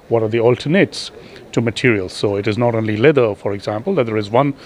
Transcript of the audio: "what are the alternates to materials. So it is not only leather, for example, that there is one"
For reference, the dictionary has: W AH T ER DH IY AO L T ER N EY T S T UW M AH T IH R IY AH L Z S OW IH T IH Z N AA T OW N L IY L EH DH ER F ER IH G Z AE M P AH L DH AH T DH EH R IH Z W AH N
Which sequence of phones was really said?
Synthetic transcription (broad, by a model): W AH T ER DH IY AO L T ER N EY T S T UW M AH T IH R IY AH L Z S OW IH T IH Z N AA T OW N L IY L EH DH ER F ER IH G Z AE M P AH L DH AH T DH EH R IH Z W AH N